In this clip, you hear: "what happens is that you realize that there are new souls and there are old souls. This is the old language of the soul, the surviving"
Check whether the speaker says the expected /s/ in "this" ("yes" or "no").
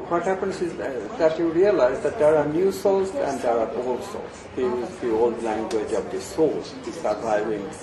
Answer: no